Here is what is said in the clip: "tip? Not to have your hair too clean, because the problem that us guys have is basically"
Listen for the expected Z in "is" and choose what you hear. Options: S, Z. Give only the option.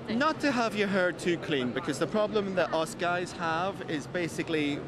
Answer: Z